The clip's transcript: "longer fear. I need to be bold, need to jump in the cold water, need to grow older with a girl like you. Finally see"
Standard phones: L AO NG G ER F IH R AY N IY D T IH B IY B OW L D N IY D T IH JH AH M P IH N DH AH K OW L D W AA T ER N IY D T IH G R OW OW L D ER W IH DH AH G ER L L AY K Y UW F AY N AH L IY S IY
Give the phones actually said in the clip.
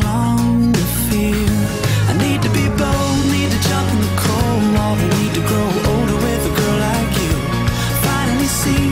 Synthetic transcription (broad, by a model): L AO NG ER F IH AY N IY D T IH B IY B OW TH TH N IY D T IH JH AH M P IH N DH AH K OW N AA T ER N IY D T IH G R OW OW L D ER W IH DH AH G ER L L AY K Y UW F AY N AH N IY S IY